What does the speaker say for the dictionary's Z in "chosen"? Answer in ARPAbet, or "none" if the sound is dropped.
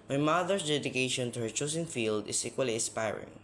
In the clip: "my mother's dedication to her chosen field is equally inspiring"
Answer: S